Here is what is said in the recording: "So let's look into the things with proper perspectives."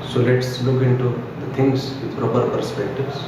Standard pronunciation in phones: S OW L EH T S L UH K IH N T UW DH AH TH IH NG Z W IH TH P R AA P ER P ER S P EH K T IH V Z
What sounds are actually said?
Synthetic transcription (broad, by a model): S OW L EH T S L UH K IH N T UW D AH T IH NG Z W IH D P R AA P ER P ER S P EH K T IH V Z